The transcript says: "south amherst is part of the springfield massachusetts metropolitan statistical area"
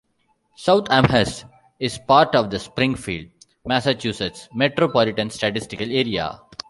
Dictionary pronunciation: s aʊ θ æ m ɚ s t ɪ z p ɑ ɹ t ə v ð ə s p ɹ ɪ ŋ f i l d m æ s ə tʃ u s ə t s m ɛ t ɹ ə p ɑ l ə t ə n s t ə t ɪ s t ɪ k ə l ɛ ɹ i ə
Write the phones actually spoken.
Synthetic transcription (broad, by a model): s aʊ t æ m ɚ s ɪ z p ɑ ɹ t ə v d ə s p ɹ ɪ ŋ f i l d m æ s ə tʃ u s ə t s m ɛ t ɹ ə p ɑ l ə t ə n s t ə t ɪ s t ɪ k ə l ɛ ɹ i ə